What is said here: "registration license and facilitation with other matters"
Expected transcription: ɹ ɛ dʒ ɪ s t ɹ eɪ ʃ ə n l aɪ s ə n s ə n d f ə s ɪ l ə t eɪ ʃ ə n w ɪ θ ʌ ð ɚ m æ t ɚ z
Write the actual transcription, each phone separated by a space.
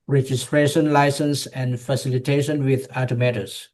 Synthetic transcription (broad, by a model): ɹ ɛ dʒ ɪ s t ɹ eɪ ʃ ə n l aɪ s ə n s ə n d f ə s ɪ l ə t eɪ ʃ ə n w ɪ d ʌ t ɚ m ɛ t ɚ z